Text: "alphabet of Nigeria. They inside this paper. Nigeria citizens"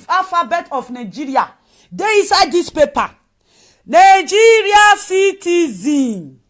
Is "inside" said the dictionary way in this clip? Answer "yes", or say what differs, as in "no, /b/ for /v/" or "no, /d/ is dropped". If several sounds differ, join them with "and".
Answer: no, /n/ is dropped